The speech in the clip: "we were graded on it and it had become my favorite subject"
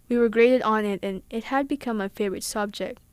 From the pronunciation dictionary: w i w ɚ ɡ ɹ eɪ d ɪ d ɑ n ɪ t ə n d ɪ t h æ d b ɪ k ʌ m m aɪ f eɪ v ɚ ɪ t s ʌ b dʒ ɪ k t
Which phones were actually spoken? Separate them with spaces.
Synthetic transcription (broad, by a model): w i w ɚ ɡ ɹ eɪ d ɪ d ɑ n ɪ t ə n ɪ t h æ d b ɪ k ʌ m m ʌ f eɪ v ɚ ɪ t s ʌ b dʒ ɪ k t